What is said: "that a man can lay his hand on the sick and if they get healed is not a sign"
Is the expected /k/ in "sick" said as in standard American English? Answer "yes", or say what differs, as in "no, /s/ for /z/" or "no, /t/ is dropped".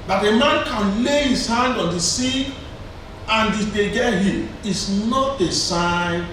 no, /k/ is dropped